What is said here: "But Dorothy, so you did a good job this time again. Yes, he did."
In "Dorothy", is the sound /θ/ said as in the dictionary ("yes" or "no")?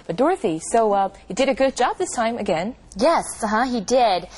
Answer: yes